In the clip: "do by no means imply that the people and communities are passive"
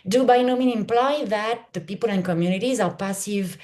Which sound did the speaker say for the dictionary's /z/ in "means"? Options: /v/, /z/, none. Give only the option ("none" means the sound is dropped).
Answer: none